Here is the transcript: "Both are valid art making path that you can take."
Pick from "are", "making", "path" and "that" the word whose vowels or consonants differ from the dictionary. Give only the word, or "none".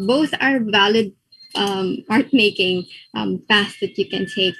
path